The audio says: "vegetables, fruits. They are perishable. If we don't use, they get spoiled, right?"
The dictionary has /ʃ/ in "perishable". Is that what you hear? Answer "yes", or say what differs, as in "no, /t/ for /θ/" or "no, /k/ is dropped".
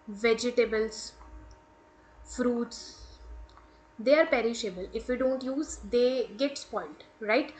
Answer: yes